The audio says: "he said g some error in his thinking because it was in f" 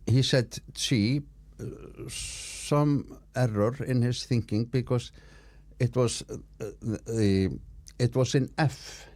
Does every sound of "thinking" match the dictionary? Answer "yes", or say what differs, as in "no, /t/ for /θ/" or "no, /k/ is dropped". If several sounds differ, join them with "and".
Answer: yes